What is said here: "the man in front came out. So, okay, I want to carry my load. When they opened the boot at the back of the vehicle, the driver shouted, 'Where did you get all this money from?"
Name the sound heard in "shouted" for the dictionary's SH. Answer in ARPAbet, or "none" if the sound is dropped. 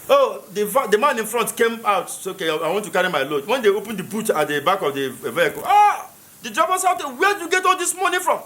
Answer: S